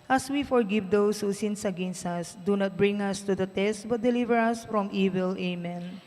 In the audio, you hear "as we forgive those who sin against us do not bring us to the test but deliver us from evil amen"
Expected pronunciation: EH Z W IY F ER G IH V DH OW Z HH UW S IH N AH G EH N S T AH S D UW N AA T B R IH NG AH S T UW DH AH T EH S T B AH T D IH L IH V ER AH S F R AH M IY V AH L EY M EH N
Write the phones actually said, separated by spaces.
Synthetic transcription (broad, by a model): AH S W IY F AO G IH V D OW S HH UW S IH N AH G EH N S AH S D UW N AA T B R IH NG AH S T UW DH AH T EH S T B AH T D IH L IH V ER AH S F R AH M IY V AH L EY M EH N